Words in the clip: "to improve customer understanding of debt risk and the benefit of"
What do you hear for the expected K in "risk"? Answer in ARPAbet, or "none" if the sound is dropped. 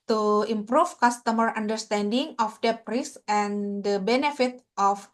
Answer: none